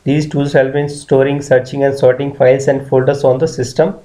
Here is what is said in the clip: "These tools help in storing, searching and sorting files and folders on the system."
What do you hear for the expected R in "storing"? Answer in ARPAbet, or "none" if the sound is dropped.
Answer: R